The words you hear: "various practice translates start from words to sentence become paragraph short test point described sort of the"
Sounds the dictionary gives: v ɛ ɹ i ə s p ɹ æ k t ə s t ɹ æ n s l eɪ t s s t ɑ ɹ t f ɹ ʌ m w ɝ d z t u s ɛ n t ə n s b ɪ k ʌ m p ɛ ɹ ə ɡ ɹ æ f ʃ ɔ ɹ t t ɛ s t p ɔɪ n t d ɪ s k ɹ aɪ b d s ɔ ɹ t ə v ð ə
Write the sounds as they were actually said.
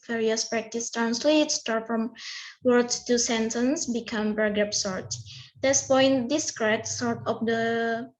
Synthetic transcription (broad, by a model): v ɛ ɹ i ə s p ɹ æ k t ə s t ɹ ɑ n s l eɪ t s s t ɑ ɹ t f ɹ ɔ m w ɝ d s t u s ɛ n t ə n s b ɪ k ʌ m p ɹ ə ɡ ɹ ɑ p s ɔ ɹ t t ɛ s p ɔɪ n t d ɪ s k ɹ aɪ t s ɔ ɹ t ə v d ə